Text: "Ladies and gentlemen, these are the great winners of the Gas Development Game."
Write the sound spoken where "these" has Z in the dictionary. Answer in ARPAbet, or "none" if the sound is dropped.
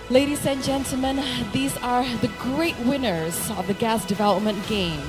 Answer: Z